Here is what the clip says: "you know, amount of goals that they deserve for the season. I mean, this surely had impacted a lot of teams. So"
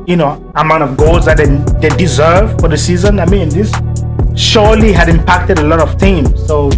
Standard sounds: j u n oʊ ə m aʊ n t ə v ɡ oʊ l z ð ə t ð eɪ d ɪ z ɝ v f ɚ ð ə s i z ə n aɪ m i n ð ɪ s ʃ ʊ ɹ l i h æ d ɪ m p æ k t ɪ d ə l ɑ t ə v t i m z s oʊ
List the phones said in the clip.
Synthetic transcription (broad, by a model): j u n oʊ ə m aʊ n t ə v ɡ oʊ l z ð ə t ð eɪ d ɪ z ɝ v f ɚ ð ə s i z ə n aɪ m i n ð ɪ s ʃ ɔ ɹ l i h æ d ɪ m p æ k t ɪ d ə l ɑ t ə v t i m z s oʊ